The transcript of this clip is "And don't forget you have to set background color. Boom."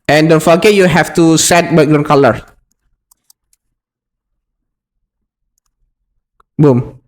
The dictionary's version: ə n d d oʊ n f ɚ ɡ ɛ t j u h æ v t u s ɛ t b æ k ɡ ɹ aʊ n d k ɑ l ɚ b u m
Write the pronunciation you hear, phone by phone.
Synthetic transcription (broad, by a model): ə n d d oʊ n f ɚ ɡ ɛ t j u h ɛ f t u s ɛ t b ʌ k ɡ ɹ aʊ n k ɑ l ɚ b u m